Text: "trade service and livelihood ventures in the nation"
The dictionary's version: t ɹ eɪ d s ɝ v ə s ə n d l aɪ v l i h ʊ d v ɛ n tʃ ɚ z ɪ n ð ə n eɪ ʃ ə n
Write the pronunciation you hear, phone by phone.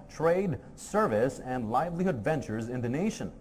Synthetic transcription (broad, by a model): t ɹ eɪ d s ɝ v ə s ə n d l aɪ v l i h ʊ d v ɛ n tʃ ɚ z ɪ n ð ə n eɪ ʃ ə n